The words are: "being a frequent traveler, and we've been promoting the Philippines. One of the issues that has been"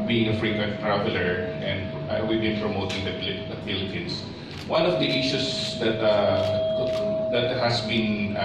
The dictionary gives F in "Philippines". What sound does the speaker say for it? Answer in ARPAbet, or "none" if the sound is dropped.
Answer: P